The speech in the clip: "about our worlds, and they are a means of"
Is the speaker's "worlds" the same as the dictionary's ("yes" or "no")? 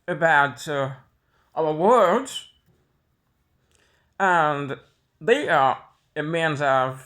no